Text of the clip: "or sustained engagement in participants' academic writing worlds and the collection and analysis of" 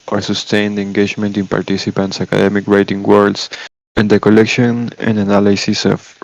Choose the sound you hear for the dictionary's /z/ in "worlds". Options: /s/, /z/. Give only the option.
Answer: /s/